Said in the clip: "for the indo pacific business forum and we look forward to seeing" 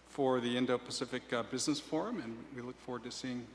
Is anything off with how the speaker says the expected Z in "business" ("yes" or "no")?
no